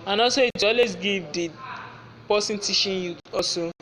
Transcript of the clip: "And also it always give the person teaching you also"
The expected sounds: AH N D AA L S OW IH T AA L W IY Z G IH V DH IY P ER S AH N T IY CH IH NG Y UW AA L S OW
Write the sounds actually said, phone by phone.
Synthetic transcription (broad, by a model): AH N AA S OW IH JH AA L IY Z G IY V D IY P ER S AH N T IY SH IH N Y UW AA S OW